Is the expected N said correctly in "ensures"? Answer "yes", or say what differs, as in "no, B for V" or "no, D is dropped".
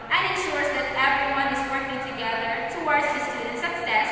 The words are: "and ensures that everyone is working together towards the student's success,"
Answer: yes